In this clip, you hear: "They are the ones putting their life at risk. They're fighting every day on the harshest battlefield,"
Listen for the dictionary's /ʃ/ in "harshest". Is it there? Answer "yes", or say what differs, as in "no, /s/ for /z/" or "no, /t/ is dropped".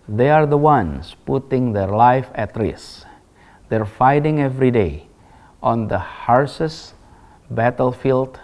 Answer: no, /s/ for /ʃ/